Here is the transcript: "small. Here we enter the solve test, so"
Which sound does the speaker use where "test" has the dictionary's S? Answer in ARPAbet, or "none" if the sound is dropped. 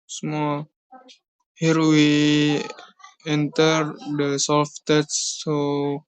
none